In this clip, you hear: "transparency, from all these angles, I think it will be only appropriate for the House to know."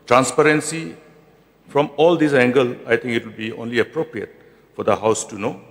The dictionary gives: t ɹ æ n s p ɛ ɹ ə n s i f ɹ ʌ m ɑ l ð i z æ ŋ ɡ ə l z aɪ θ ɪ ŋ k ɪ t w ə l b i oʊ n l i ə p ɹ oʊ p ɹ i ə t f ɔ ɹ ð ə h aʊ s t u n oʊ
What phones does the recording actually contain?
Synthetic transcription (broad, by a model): t ɹ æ n s p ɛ ɹ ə n s i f ɹ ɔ m ɑ l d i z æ ŋ ɡ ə l aɪ t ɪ ŋ k ɪ t w ə l b i oʊ n l i ə p ɹ oʊ p ɹ i ə t f ɔ ɹ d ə h aʊ s t u n oʊ